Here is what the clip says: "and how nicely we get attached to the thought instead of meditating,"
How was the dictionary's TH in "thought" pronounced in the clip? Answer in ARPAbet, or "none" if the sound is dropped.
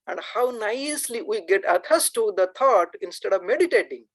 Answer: T